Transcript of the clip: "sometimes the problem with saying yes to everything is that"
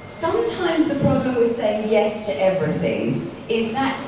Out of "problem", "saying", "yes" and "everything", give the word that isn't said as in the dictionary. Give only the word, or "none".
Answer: none